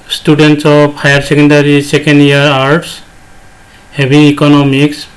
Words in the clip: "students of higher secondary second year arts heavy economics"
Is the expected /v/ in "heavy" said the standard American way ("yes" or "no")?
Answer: no